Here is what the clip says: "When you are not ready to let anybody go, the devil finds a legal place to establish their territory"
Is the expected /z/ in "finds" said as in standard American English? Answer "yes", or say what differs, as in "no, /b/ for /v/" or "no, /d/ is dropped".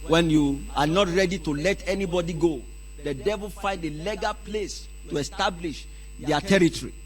no, /z/ is dropped